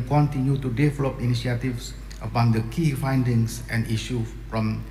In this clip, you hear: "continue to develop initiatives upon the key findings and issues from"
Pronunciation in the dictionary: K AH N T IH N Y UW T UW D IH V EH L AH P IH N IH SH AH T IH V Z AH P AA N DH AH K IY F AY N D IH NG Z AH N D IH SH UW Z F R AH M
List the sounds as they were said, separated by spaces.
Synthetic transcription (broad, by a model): K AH N T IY N Y UW T UW D IH V EH L AH P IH N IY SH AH T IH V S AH B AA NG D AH K IY F AY N D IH NG S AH N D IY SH UW F R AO M